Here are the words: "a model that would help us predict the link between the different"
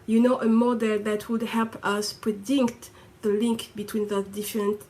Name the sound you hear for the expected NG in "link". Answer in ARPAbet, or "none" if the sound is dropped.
NG